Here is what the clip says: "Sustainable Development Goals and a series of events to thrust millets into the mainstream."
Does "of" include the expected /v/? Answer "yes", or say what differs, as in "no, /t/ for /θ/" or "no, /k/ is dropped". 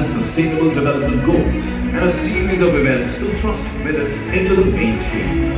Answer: yes